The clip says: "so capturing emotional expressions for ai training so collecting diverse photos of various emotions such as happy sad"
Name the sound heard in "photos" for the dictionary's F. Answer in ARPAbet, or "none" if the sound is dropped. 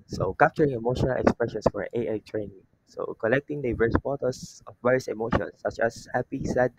P